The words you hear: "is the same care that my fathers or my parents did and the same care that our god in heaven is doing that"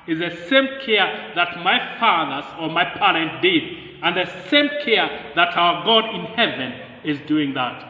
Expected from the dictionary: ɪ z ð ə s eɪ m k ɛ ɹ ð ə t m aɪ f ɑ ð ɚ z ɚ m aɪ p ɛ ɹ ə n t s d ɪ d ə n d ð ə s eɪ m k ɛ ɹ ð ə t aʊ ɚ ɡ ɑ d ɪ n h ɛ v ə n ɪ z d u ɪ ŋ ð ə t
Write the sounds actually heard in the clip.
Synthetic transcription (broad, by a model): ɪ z ð ə s eɪ m k ɛ ɹ ð ə t m aɪ f ɑ ð ɚ z ɚ m aɪ p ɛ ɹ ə n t d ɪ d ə n ð ə s eɪ m k ɛ ɹ ð ə t aʊ ɚ ɡ ɑ d ɪ n h ɛ v ə n ɪ z d u ɪ ŋ ð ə t